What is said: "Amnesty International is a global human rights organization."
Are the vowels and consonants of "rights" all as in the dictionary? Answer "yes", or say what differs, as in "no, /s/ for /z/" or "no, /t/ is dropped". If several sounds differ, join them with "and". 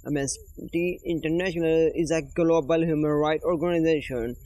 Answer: no, /s/ is dropped